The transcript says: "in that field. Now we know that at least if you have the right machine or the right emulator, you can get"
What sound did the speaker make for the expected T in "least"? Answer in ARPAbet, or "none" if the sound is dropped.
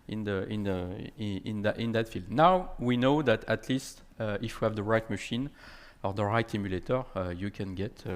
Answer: T